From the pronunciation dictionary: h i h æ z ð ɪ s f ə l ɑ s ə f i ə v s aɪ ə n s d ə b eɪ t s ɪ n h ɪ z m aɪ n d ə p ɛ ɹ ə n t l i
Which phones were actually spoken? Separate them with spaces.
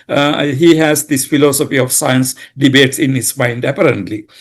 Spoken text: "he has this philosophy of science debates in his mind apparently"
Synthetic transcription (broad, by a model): h i h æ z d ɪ s f ə l ɑ s ə f i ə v s aɪ ə n s d ə b eɪ t s ɪ n h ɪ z m aɪ n d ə p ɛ ɹ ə n t l i